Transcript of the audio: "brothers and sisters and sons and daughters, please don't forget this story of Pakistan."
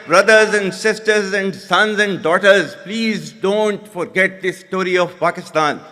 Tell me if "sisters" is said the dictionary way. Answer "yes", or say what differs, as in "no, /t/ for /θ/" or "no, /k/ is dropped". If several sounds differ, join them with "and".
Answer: yes